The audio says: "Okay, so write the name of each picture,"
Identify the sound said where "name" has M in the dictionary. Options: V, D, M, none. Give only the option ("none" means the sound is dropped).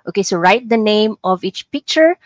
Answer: M